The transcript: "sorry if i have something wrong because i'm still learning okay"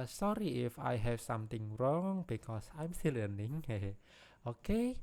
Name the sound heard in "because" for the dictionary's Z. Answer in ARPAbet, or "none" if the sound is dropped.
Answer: S